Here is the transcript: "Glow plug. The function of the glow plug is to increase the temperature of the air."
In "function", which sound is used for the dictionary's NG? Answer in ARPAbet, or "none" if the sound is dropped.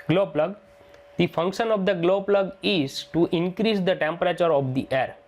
NG